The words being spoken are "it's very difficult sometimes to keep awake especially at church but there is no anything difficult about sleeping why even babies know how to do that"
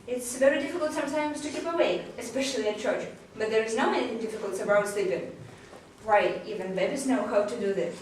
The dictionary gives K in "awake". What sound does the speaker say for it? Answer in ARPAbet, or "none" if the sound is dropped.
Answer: none